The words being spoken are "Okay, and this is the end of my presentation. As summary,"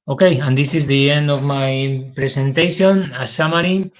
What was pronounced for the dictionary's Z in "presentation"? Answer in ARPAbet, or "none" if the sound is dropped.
S